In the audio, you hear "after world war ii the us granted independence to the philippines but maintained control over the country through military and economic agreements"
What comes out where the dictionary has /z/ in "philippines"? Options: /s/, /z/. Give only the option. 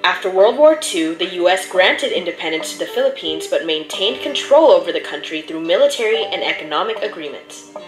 /z/